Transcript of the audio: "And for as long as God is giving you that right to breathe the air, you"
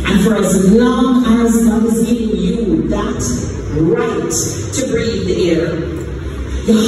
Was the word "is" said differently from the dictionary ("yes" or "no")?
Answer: no